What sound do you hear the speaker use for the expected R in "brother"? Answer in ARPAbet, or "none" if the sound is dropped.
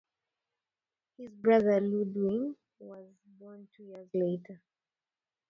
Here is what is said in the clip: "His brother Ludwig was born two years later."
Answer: R